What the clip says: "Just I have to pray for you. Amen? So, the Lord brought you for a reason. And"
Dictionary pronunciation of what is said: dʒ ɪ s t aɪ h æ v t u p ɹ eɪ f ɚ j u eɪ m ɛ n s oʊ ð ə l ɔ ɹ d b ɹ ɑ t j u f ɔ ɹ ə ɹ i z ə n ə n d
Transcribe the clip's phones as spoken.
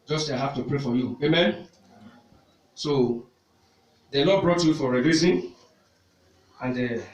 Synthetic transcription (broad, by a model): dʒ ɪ s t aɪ h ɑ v t u p ɹ eɪ f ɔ j u eɪ m ɛ n s oʊ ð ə n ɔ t b ɹ ɑ t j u f ɔ ɹ ə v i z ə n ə n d